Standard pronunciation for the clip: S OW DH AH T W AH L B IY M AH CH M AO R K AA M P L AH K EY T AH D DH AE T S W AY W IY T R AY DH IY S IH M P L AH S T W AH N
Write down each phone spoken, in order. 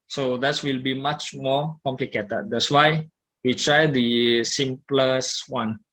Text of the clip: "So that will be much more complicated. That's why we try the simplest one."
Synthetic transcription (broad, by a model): S OW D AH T W AH L B IY M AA CH M AO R K AA M P L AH K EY T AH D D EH T S W AY W IY T R AY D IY S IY M P L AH S W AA N